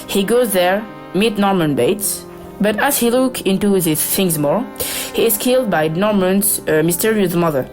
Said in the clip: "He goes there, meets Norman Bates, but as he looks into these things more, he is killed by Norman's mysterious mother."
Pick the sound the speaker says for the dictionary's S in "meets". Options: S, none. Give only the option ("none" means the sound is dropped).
none